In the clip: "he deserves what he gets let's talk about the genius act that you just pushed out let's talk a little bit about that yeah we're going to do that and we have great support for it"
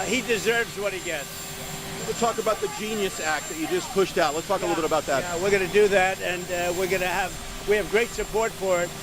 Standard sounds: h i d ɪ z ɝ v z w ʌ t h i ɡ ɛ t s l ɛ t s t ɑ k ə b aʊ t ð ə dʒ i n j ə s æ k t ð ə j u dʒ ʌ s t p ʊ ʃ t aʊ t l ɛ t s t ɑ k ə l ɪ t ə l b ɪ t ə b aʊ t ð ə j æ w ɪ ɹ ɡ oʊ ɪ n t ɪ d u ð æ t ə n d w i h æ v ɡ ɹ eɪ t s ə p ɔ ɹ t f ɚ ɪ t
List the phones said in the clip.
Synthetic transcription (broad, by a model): h i d ɪ z ɝ v z w ʌ t h i ɡ ɛ t s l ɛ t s t ɑ k ə b aʊ t ð ə dʒ i n j ə s æ k t ð ə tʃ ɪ dʒ ʌ s p ʊ ʃ t aʊ t l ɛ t s t ɑ k ə l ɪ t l b ɪ t ə b aʊ t ð ə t w ɪ ɹ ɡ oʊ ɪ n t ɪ d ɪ ð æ t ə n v w i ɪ v ɡ ɹ eɪ t s ə p ɔ ɹ t f ɚ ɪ t